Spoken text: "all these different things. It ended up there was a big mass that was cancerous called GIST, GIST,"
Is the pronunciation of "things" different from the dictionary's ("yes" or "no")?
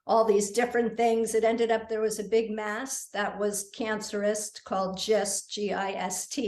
no